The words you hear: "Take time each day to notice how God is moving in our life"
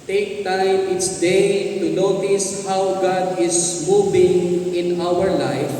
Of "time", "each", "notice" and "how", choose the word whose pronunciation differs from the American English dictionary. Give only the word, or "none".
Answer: each